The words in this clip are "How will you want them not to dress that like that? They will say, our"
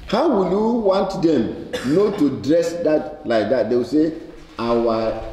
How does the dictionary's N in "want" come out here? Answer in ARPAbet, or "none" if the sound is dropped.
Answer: N